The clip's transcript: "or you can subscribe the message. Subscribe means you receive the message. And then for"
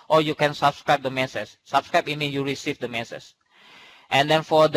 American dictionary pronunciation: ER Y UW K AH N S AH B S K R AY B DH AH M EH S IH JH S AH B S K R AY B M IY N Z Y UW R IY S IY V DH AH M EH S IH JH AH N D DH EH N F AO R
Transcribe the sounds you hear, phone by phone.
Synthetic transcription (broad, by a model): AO Y UW K AH N S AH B S K R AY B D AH M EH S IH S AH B S K R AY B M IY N Y UW R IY S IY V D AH M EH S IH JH AH N D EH N F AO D